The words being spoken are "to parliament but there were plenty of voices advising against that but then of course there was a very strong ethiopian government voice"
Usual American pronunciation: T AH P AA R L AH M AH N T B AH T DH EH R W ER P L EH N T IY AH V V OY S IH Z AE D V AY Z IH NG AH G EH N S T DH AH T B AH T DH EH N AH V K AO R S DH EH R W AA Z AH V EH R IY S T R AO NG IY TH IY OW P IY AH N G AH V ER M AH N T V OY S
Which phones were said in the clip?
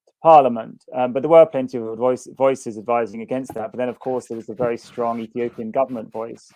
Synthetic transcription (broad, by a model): P AA L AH M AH N T B AH T DH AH W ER P L EH N T IY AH V V OY S IH Z AE D V AY Z IH NG AH G EH N S T DH AH T B AH T DH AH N AH V K AO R S DH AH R W AA Z AH V EH R IY S T R AO NG IY TH IY OW P IY AH N G AH V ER M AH N T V OY S